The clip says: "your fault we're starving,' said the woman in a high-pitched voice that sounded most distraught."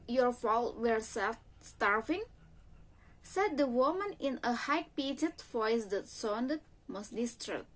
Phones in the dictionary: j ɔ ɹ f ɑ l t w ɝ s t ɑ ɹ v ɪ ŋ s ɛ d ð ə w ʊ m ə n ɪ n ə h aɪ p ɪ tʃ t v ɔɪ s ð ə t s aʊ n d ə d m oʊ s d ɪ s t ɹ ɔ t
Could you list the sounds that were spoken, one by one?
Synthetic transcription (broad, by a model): j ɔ ɹ f ɑ l t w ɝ s t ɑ ɹ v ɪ ŋ s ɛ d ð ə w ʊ m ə n ɪ n ə h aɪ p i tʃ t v ɔɪ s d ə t s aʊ n d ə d m oʊ s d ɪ s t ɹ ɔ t